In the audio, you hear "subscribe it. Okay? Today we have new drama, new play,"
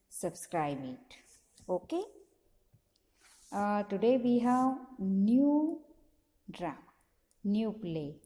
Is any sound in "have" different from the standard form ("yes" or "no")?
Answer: yes